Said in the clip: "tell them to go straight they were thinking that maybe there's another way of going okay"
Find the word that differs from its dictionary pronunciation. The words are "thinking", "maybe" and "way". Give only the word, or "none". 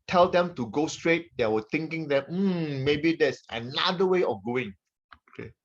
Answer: thinking